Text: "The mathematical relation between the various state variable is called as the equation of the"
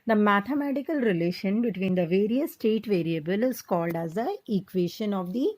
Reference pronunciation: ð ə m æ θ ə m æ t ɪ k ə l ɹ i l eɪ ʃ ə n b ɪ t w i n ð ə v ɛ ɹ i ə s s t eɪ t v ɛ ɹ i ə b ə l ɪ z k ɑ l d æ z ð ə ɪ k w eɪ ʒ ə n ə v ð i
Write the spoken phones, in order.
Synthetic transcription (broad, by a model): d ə m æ t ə m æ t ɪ k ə l ɹ i l eɪ ʃ ə n b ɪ t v i n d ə v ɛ ɹ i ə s s t eɪ t v ɛ ɹ i ə b ə l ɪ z k ɑ l d æ z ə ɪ k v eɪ ʃ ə n ə v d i